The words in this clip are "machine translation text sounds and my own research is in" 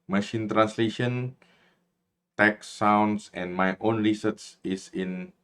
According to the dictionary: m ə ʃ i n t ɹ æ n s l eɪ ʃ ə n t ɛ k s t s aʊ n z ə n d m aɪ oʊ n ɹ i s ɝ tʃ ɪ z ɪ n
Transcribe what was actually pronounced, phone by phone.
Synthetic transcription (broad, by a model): m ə ʃ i n t ɹ æ n s l eɪ ʃ ə n t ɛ k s s aʊ n s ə n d m aɪ oʊ n ɹ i s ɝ s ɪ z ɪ n